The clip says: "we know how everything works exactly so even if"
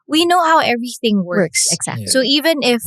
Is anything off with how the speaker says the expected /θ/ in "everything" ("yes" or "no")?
no